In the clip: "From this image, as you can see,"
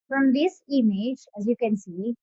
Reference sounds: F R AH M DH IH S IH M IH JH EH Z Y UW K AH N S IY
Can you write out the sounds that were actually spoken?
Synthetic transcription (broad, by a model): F R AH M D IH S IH M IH JH EH Z Y UW K AH N S IY